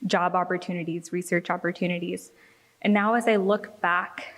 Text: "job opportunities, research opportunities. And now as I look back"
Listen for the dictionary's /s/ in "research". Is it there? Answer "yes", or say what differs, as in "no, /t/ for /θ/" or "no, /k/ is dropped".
yes